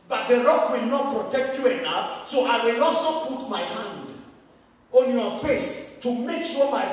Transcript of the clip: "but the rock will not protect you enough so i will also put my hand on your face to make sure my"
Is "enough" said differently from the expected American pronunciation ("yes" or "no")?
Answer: yes